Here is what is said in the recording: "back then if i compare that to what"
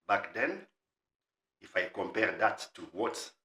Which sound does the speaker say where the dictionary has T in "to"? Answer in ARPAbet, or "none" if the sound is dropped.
T